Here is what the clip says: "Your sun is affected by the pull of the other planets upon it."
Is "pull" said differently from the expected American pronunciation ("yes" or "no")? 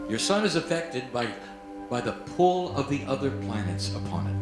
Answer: no